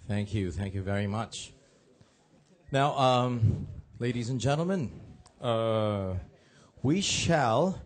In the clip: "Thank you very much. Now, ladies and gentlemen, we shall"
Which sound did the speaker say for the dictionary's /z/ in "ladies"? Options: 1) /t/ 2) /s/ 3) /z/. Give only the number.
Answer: 3